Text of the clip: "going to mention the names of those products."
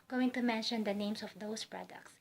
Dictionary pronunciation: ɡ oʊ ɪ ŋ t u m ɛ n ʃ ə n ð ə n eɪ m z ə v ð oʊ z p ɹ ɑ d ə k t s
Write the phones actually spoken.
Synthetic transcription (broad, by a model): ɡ oʊ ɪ ŋ t u m ɛ n ʃ ə n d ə n eɪ m s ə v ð oʊ s p ɹ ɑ d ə k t s